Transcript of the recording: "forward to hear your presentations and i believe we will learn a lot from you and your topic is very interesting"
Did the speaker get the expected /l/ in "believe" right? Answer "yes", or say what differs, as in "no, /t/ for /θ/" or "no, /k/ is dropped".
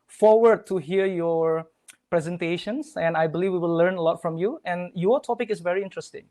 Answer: yes